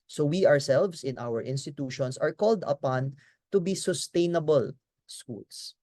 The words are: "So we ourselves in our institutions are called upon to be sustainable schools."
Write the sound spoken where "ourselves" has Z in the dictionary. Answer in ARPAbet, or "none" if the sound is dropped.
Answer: S